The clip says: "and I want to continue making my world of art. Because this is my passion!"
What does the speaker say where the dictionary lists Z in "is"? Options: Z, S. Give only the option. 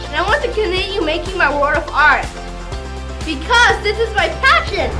Z